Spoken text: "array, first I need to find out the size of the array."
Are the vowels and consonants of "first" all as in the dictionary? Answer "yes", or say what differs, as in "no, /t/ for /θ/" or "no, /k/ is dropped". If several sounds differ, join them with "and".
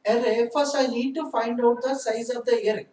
no, /t/ is dropped